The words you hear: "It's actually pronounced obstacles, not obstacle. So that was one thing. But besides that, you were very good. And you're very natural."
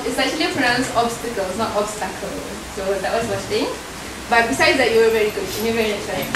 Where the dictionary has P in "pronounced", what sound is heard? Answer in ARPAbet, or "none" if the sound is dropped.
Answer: F